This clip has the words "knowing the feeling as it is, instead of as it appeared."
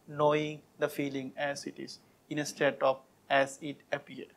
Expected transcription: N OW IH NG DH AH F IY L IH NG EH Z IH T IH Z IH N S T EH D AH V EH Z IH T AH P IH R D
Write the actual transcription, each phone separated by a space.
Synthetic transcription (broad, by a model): N OW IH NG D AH F IY L IH NG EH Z IH T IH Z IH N S T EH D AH F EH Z IH T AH P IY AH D